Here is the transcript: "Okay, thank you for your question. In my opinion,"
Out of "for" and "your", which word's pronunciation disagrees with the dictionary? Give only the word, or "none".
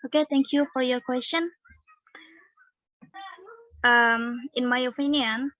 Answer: none